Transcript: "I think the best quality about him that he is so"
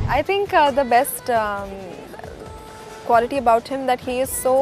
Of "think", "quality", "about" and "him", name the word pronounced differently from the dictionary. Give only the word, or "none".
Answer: think